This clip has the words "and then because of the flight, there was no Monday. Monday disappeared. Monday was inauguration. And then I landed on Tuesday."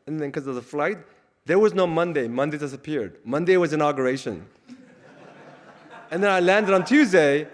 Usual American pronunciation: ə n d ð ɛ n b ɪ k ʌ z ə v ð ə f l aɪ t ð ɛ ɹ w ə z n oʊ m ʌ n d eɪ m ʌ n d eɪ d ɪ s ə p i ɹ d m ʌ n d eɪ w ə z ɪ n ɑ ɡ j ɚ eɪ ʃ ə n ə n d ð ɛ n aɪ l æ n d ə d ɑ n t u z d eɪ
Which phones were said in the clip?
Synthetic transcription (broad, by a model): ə n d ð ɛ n k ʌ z ə v ð ə f l aɪ t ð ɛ ɹ w ə z n oʊ m ʌ n d eɪ m ʌ n d eɪ d ɪ s ə p i ɹ d m ʌ n d eɪ w ə z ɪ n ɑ ɡ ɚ eɪ ʃ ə n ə n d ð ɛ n aɪ l æ n d ə d n t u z d eɪ